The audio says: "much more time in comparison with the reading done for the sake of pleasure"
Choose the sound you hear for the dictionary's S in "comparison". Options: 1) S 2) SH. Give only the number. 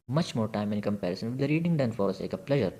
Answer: 1